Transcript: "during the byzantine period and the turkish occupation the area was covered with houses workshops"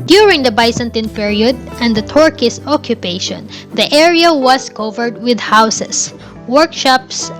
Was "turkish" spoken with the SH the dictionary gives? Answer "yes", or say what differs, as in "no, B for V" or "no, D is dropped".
no, S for SH